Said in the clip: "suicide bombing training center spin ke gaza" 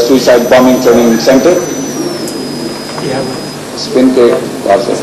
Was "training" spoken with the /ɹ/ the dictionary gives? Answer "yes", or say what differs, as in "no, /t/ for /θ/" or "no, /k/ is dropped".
no, /ɹ/ is dropped